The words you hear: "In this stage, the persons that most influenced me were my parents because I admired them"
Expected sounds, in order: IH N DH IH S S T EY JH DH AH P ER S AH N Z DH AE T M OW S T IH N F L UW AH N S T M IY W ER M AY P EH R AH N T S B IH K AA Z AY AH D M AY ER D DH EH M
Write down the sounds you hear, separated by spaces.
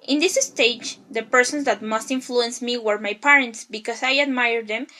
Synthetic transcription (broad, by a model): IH N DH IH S S T EY JH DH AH P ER S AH N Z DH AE T M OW S T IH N F L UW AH N S M IY W ER M AY P EH R AH N T S B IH K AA S AY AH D M AY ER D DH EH M